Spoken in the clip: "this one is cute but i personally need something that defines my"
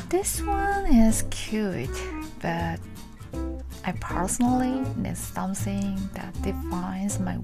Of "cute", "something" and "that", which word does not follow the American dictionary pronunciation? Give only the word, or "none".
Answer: something